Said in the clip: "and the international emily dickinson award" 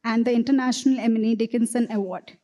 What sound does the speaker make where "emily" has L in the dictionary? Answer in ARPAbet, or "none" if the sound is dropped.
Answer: N